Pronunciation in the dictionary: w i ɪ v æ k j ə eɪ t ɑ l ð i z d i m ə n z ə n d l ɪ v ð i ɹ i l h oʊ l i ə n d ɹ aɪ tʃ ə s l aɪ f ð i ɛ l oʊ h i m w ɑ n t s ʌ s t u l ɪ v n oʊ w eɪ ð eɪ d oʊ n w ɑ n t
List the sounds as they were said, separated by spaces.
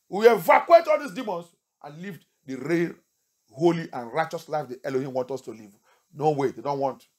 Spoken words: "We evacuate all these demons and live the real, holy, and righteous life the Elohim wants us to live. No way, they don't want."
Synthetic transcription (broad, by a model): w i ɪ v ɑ k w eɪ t ɑ l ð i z d i m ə n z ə n l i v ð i ɹ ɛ h oʊ l i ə n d ɹ aɪ tʃ ə s l aɪ f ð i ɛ l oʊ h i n w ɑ n t ɔ s t u l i v n oʊ w eɪ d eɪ d oʊ n w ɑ n t